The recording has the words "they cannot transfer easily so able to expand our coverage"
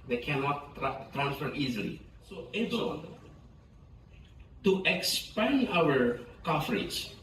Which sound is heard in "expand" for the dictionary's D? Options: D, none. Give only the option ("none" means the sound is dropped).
none